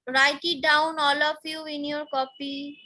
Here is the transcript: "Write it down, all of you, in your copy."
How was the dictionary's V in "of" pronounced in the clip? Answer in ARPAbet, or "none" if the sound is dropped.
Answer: P